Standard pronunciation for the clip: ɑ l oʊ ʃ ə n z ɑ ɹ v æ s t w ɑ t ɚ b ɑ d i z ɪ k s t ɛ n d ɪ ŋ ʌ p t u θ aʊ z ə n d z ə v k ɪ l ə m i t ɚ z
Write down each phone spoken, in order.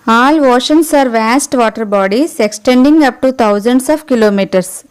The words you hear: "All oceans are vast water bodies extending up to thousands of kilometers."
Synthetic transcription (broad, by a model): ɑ l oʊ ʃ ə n s ɑ ɹ v æ s t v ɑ t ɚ b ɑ d i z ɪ k s t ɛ n d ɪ ŋ ʌ p t u t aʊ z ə n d s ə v k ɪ l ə m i t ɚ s